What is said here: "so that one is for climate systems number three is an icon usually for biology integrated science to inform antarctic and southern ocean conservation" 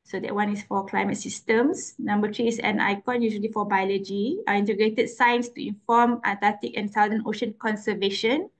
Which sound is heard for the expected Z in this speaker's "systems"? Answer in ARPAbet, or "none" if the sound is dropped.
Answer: S